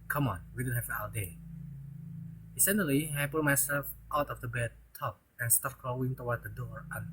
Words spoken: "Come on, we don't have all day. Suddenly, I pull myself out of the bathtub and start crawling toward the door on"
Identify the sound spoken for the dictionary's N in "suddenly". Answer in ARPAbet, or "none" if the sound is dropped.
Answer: none